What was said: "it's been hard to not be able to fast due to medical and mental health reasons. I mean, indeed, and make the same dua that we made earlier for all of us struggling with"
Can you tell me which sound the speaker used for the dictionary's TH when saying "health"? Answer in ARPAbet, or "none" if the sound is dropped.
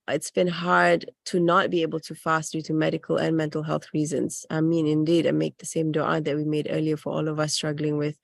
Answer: TH